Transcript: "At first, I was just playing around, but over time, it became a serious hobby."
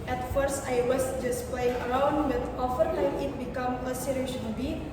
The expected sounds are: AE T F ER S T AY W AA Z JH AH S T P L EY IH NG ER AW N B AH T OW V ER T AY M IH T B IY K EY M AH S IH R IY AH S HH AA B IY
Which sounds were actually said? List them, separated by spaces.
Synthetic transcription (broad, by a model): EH T F ER S T AY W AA S JH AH S P L EY IH NG ER AW N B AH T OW F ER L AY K IH T B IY K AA M AH S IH R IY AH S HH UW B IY